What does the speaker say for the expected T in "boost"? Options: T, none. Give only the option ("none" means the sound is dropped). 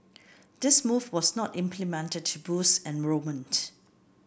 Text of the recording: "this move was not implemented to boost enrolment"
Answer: none